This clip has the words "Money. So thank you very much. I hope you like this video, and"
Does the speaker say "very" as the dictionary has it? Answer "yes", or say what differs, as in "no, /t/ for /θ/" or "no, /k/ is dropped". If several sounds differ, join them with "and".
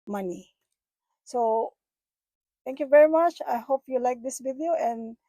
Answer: yes